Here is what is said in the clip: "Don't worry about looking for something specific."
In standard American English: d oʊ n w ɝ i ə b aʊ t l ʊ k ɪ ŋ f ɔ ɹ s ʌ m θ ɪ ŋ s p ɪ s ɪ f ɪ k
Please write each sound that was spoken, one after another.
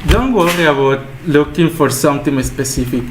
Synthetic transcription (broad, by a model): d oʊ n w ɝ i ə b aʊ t l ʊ k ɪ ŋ f ɔ ɹ s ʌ m t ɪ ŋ s p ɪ s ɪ f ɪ k